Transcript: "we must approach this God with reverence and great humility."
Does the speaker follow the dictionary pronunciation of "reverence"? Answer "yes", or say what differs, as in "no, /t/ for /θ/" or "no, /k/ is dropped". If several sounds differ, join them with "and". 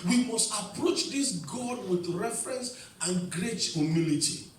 no, /f/ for /v/